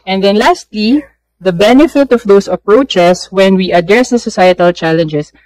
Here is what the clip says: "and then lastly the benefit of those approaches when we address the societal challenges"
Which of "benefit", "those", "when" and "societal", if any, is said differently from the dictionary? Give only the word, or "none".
those